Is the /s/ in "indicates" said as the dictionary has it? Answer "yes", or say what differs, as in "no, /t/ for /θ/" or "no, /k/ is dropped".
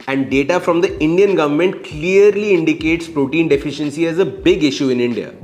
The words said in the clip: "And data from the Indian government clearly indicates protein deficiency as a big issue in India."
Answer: yes